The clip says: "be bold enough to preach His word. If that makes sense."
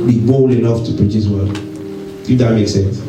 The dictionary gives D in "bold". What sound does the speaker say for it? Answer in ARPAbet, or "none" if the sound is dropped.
none